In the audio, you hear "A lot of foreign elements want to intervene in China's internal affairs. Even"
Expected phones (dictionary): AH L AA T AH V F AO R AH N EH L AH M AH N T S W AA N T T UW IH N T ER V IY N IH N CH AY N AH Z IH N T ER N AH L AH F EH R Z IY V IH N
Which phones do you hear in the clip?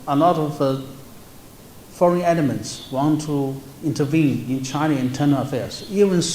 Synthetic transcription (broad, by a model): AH L AA T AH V F AO R AH N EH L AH M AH N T S W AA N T T UW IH N T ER V IY N IH N CH AY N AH IH N T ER N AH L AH F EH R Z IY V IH N